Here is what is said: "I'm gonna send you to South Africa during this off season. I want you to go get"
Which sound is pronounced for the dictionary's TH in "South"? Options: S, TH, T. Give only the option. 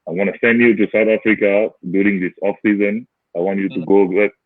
T